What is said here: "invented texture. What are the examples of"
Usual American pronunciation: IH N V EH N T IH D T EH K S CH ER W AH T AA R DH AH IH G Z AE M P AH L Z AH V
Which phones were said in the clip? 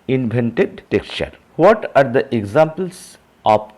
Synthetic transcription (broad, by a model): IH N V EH N T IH D T EH K S CH ER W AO T AA R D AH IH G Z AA M P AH L S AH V